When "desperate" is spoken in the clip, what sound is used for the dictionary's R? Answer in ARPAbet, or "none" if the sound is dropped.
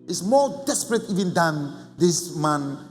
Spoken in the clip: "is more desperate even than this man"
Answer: R